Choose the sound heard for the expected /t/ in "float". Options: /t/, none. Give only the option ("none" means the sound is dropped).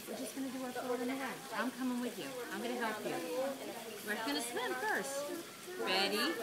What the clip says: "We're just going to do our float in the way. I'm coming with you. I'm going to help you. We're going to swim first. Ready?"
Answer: none